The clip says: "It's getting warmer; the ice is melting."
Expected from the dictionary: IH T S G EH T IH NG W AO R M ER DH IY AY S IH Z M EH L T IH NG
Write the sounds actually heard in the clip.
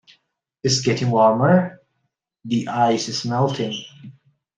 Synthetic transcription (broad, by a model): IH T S G EH T IH NG W AO R M ER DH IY AY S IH S M EH L T IH NG